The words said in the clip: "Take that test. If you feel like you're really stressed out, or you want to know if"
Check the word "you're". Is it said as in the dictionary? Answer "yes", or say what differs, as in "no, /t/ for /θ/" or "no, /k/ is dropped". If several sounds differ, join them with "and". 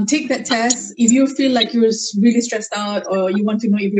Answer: no, /w/ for /ɹ/